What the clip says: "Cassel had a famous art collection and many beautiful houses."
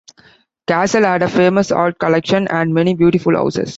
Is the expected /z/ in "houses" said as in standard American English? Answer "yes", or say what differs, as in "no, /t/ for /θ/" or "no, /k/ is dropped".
no, /s/ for /z/